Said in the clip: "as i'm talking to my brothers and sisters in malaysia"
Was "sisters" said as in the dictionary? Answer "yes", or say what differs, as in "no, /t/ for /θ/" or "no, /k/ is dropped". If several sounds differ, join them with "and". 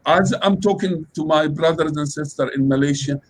no, /z/ is dropped